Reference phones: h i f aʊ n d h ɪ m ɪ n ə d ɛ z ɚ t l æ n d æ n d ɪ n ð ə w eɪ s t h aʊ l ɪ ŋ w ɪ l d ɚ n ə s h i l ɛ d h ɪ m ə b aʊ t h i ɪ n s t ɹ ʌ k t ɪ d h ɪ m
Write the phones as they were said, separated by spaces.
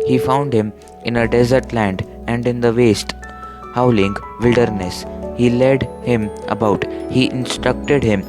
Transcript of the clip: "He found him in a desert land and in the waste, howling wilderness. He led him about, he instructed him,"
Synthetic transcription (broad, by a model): h i f aʊ n d h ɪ m ɪ n ə d ɛ z ɚ t l æ n d æ n d ɪ n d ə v eɪ s t h aʊ l ɪ ŋ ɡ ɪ l d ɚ n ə s h i l ɛ d h ɪ m ə b aʊ t h i ɪ n s t ɹ ʌ k t ɪ d h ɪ m